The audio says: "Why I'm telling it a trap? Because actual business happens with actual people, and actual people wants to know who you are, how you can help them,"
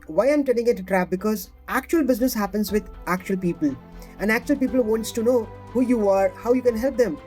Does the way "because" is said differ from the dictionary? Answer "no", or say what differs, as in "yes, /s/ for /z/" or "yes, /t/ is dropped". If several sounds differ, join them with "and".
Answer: no